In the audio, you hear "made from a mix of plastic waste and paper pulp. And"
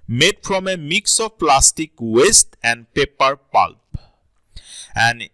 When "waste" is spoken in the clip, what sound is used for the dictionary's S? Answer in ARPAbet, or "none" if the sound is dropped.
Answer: S